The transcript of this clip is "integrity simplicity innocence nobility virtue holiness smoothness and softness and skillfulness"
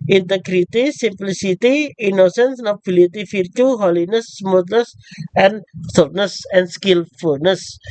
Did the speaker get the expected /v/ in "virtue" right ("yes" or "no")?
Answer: no